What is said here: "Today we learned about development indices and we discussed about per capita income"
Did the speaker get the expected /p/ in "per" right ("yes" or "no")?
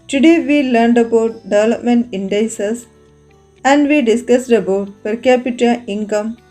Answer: yes